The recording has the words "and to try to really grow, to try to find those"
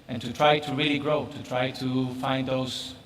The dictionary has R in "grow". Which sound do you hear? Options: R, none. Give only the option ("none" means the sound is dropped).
R